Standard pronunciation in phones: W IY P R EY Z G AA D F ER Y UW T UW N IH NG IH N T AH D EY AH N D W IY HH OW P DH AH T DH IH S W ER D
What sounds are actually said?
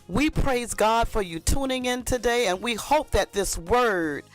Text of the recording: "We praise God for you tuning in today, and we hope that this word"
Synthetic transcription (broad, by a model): W IY P R EY Z G AA D F ER Y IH T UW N IH NG IH N T AH D EY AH N W IY HH OW P DH AH T DH IH S W ER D